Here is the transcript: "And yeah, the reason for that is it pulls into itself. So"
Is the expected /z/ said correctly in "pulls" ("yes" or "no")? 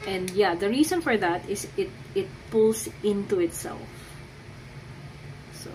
no